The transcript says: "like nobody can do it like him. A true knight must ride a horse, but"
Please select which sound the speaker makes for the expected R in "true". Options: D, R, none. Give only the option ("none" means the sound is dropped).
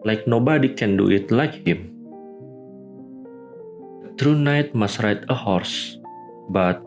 R